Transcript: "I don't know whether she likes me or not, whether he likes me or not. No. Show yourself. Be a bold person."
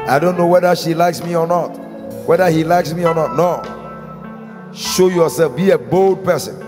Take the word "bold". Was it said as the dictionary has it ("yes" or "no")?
yes